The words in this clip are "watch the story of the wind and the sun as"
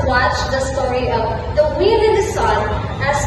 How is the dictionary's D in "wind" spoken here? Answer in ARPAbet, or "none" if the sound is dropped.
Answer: none